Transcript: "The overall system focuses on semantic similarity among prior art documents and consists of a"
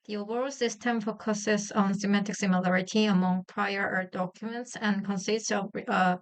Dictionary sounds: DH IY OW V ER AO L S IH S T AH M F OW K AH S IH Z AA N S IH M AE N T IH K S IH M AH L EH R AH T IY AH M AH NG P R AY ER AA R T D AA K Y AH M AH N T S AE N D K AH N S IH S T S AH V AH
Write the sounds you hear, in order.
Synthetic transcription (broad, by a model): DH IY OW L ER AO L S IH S T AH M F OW K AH S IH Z AA N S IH M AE T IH K S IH M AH L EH R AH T IY AH M AH NG P R AY ER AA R D AA K Y AH M AH N T S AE N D K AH N S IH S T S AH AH